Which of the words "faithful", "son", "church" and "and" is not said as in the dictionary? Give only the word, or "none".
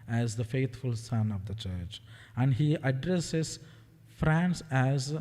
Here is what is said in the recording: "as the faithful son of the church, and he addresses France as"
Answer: faithful